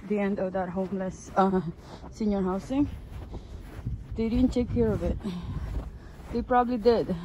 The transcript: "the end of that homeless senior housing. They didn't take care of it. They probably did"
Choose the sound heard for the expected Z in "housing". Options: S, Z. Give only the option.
S